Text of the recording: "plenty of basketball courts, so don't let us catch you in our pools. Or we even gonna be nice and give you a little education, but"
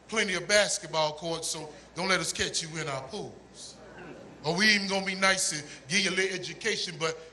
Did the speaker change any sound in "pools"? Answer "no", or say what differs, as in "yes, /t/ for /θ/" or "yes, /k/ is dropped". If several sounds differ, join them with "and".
no